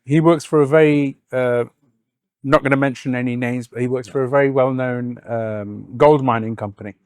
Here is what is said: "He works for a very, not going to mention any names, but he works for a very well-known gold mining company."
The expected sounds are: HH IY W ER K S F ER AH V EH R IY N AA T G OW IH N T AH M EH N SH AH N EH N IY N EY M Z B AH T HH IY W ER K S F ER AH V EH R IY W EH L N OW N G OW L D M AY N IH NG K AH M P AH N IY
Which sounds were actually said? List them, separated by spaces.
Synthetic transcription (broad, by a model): HH IY W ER K S F ER AH V EH R IY N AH T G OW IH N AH M EH N SH AH N EH N IY N EY M Z B AH T HH IY W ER K S F ER AH V EH R IY W EH L N OW N G OW L D M AY N IH NG K AH M P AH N IY